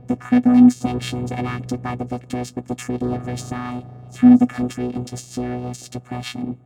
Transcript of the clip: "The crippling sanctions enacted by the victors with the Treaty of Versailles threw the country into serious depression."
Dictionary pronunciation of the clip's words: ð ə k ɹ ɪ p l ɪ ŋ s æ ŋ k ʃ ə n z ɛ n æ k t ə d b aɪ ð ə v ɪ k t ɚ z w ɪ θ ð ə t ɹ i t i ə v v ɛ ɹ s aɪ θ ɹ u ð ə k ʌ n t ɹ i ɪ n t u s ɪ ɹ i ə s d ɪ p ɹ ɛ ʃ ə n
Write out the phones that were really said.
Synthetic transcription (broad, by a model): ð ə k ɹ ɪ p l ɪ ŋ s æ ŋ k ʃ ə n z ɛ n æ k t ə d b aɪ ð ə v ɪ k t ɚ z w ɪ ð ə t ɹ i t i ə v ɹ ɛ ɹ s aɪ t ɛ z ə k ʌ n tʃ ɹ i ɪ n t u s ɪ ɹ i ə s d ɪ p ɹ ɛ ʃ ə n